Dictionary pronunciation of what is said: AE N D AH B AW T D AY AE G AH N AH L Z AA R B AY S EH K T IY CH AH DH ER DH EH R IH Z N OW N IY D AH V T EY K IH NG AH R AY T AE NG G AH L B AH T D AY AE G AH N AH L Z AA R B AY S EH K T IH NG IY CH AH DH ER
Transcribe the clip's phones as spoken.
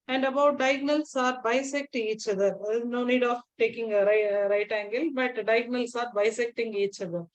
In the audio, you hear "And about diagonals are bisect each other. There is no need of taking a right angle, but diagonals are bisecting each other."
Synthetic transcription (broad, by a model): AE N D AH B AW T D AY G N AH L S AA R B AY S EH K T IY CH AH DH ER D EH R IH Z N OW N IY D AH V T EY K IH NG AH R AY T AE NG G AH L B AH T D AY G N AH L S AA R B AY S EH K T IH NG IY CH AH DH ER